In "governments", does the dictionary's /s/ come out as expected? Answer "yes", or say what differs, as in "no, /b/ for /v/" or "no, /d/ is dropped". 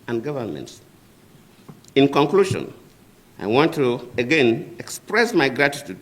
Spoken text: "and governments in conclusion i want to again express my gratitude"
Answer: yes